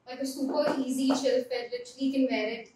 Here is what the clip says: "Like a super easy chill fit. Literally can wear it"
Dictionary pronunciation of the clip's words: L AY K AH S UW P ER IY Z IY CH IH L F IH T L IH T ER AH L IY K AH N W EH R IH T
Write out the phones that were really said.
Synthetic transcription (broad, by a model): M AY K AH S UW P ER IY Z IY SH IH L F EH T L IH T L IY K AH N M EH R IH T